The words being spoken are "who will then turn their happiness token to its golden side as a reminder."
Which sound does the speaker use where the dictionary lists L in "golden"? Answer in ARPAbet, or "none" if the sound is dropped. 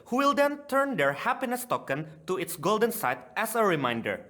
L